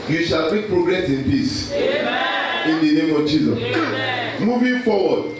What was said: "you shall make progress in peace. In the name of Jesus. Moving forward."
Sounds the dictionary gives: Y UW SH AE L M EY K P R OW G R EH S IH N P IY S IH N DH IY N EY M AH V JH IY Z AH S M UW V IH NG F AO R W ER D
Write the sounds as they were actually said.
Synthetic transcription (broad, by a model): Y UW SH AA L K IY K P R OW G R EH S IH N P IY S IH N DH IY N EY M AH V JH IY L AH M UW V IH F AO W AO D